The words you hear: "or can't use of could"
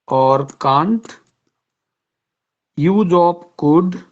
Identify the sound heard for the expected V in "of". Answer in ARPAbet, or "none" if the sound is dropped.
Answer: P